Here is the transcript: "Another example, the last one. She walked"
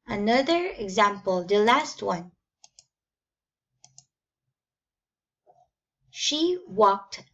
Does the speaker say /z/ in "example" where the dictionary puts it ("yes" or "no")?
yes